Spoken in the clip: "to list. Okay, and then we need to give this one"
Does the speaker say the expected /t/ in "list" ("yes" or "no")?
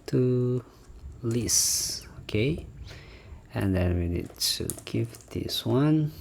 no